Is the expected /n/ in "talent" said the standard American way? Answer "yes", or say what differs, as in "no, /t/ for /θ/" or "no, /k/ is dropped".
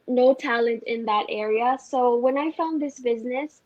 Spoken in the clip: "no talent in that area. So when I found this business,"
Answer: yes